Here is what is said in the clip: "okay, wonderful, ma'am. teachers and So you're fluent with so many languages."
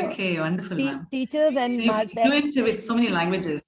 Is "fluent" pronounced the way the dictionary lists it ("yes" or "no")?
no